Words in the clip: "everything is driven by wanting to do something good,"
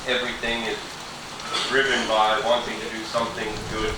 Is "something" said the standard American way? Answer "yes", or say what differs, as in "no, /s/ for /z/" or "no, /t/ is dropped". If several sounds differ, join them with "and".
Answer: yes